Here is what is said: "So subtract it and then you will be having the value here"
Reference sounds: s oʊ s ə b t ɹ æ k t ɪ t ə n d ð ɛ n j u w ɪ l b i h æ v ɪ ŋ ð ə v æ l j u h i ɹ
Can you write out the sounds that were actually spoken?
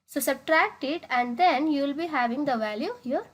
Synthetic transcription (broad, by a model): s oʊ s ə b t ɹ æ k t ɪ t ə n d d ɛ n j u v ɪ l b i h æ v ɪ ŋ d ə v æ l j u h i ɹ